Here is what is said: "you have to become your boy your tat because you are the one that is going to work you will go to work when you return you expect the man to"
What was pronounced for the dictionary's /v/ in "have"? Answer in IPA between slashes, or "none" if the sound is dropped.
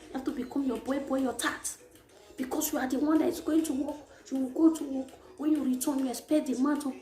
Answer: /f/